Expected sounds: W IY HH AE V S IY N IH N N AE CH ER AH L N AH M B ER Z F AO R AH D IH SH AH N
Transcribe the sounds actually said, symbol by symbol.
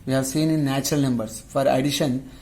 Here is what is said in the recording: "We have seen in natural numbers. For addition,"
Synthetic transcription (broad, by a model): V IY HH AE V S IY N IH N N AE CH ER AH L N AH M B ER S F AO R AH D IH SH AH N